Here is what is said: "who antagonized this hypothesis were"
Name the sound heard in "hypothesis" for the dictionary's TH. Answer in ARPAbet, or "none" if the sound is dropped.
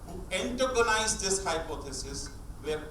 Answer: T